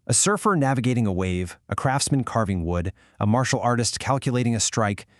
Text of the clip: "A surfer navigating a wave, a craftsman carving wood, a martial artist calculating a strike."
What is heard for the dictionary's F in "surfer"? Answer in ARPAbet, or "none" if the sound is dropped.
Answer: F